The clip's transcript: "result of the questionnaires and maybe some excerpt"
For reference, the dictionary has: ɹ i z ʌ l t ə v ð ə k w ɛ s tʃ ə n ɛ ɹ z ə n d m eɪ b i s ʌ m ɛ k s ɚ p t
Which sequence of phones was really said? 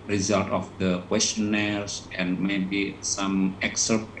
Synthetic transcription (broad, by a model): ɹ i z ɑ l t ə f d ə k w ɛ s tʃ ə n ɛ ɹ s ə n m eɪ b i s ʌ m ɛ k s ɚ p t